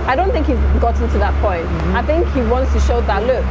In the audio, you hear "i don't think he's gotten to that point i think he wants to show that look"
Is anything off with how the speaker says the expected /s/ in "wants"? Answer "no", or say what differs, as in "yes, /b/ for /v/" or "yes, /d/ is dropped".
no